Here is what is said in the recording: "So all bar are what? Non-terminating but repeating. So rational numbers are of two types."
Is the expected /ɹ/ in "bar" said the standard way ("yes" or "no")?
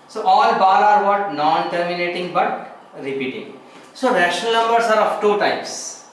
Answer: no